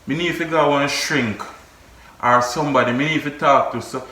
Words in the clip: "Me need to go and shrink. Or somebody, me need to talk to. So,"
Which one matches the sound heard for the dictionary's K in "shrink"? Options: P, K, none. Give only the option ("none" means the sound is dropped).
K